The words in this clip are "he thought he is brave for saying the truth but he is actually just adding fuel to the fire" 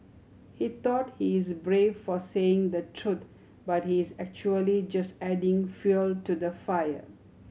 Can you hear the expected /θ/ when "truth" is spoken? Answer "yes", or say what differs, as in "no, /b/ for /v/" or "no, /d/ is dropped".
no, /t/ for /θ/